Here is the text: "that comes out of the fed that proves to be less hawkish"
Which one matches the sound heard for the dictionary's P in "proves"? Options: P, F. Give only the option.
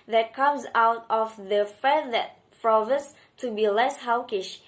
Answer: F